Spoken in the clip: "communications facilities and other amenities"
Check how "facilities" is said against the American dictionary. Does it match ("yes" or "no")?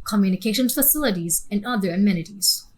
yes